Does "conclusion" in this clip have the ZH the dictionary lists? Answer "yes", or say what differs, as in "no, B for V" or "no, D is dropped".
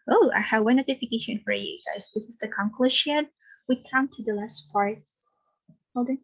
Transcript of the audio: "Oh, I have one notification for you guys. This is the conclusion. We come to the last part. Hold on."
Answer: no, SH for ZH